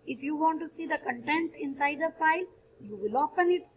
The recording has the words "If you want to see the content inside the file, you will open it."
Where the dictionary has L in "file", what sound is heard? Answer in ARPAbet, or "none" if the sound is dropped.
L